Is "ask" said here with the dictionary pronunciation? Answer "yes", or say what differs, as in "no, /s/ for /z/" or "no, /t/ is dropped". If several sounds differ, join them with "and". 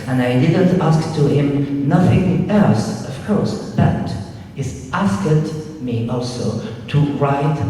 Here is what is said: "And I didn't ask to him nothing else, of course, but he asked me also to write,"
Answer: yes